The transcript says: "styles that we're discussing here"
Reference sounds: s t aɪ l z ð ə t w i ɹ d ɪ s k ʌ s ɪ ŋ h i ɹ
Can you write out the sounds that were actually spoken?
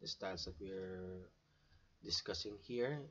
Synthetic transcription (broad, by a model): s t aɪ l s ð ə t w i ɹ d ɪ s k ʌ s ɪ ŋ h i ɹ